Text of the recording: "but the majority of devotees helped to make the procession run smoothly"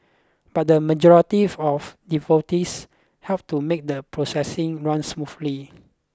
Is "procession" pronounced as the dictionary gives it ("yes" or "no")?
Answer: no